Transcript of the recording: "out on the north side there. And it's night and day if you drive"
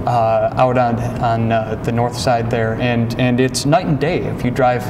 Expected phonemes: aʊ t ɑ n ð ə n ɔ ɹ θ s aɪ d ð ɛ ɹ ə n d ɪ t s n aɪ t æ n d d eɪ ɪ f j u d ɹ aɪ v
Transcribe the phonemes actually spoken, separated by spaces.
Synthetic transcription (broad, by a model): aʊ t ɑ n ð ə n ɔ ɹ θ s aɪ d ð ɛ ɹ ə n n ɪ t s n aɪ t n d d eɪ ɪ f j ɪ d ɹ aɪ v